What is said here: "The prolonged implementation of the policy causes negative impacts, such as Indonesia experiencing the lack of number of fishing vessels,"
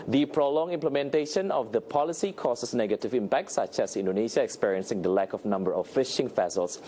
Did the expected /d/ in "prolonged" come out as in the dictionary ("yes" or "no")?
no